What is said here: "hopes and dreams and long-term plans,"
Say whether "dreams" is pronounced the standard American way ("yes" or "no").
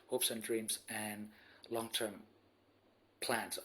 yes